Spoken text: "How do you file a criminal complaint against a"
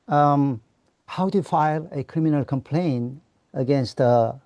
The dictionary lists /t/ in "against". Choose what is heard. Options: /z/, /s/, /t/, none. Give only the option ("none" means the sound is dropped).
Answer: /t/